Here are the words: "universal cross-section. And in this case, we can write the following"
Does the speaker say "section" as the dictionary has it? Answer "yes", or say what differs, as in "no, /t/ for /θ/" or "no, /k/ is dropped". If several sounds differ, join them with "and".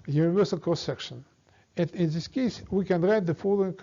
yes